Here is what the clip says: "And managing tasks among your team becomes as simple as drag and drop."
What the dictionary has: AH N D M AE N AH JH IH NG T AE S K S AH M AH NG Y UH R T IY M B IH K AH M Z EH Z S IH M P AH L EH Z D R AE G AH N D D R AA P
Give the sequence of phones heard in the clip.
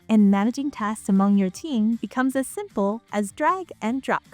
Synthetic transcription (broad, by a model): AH N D M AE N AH JH IH NG T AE S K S AH M AH NG Y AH R T IY M B IH K AH M Z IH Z S IH M P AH L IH Z D R AE G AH N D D R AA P